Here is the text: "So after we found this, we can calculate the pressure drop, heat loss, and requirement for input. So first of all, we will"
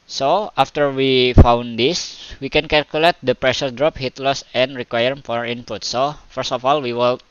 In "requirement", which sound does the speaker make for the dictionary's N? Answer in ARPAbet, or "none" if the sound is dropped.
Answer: none